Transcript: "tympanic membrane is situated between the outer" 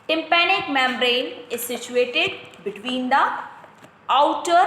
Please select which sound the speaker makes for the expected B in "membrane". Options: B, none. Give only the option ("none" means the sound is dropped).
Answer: none